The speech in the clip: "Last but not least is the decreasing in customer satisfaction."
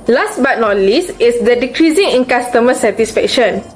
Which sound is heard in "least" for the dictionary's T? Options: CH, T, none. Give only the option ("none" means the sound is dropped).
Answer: none